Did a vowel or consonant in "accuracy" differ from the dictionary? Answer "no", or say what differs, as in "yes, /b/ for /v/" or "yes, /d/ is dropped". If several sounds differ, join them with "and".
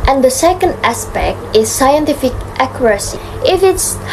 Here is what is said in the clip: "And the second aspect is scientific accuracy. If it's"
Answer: no